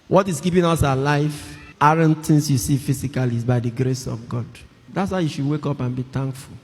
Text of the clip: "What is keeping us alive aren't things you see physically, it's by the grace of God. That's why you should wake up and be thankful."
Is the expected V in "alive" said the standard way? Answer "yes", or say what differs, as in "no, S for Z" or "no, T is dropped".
no, F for V